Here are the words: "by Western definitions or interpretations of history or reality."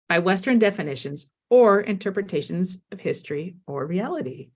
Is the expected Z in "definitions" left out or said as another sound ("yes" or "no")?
no